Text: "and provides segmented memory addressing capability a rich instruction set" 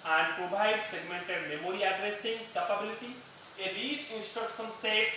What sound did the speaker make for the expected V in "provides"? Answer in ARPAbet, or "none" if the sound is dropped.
B